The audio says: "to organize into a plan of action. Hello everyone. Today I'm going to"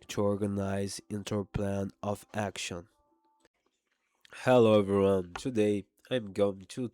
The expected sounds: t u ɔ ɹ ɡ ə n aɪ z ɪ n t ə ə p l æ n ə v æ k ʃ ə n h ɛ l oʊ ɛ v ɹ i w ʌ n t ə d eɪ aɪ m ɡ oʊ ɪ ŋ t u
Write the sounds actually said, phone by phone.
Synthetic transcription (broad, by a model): t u ɔ ɹ ɡ ə n aɪ z ɪ n t ə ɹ p l æ n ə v æ k ʃ ə n h ɛ l oʊ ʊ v i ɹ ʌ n t ə d eɪ aɪ m ɡ oʊ ɪ ŋ t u